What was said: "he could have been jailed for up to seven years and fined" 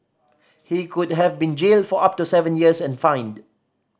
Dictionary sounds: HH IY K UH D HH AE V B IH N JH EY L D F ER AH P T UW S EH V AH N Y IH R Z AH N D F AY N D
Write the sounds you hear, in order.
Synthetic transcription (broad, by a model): HH IY K UH D HH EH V B IH N JH EY L D F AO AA P T UW S EH V AH N Y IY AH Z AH N F AY N D